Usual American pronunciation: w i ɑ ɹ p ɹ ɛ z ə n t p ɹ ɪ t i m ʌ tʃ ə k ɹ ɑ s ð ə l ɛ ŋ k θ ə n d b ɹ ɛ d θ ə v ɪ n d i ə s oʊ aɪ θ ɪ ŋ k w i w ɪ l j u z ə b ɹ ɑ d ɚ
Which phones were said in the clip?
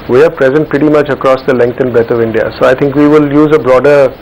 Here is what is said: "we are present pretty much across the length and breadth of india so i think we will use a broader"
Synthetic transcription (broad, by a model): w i ɑ ɹ p ɹ ɛ z ə n t p ɹ ɪ t i m ʌ tʃ ə k ɹ ɑ s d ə l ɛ ŋ k t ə n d b ɛ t ə v ɪ n d i ə s oʊ aɪ t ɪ ŋ k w i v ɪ l j u z ə b ɹ ɑ d ɚ